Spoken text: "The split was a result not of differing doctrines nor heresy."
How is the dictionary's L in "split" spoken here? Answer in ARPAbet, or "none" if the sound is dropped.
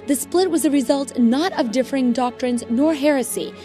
L